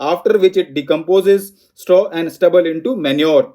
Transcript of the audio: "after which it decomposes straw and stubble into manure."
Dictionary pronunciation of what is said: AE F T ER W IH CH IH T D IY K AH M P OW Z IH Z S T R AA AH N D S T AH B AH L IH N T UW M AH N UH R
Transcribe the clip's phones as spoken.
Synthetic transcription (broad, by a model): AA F T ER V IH CH IH T D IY K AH M P OW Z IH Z S T AA AH N D S T AH B AH L IH N T UW M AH N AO R